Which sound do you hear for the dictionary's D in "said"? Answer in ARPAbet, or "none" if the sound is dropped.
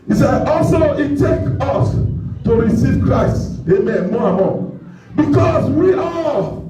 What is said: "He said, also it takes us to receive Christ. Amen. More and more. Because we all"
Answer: none